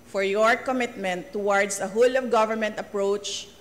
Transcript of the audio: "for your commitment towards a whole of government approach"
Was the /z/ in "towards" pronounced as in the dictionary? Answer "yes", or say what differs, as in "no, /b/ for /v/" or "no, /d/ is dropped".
no, /s/ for /z/